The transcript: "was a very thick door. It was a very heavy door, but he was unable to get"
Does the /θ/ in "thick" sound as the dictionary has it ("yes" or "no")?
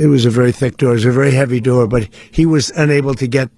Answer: yes